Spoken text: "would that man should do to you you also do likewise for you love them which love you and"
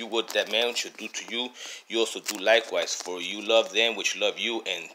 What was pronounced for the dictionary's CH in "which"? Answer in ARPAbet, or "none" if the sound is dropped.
CH